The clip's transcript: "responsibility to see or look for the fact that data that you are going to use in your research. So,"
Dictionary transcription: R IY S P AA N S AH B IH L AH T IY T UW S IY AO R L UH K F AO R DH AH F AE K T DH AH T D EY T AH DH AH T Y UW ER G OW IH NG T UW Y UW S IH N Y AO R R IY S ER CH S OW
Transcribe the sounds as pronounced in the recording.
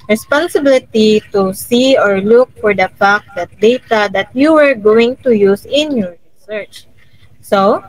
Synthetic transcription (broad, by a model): R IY S P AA N S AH B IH L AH T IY T UW S IY AO R L UH K F AO R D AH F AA K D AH T D EY T AH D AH T Y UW ER G OW IH NG T UW Y UW S IH N Y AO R R IY S ER CH S OW